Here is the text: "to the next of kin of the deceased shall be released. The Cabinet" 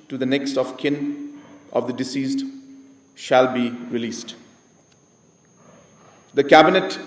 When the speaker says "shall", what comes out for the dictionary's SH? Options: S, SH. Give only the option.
SH